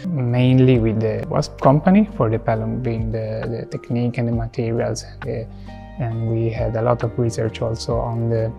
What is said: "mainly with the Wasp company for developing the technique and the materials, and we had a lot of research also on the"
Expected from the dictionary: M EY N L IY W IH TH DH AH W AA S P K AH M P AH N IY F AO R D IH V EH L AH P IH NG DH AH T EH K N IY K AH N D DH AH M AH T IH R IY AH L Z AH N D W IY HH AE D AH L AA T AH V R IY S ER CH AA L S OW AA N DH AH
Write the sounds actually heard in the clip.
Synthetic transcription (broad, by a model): M EY N L IY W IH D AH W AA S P K AH M P AH N IY F AO R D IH P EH L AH B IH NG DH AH T EH K N IY K AH N D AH M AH T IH R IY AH L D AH N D W IY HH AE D AH L AA T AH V R IY S ER CH AA L S OW AA N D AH